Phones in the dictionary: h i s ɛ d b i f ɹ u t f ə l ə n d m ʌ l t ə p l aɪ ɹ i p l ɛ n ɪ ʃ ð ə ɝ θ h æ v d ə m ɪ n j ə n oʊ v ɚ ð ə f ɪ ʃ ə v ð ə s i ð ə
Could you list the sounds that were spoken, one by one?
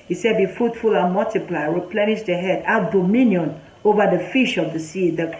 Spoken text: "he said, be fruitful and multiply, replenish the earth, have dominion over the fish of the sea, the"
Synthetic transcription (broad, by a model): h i s ɛ d b i f u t f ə l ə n m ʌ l t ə p l aɪ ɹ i p l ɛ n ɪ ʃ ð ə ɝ h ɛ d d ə m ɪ n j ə n oʊ v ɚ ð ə f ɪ ʃ ə v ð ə s i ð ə